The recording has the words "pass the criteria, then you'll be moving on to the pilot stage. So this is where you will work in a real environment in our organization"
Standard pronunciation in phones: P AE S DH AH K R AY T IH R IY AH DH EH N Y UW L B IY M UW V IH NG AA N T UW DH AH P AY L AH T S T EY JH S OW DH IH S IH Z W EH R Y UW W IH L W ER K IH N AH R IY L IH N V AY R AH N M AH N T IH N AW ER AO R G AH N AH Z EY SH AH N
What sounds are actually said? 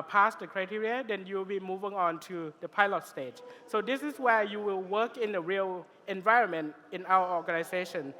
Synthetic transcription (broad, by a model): P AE S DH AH K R AY T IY R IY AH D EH N Y UW L B IY M UW V IH NG AA N T UW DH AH P AY L AH T S T EY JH S OW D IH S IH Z W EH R Y UW W IH L W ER K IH N AH R IY L IH N V AY R AH N M AH N T IH N AW ER AO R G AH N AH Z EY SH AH N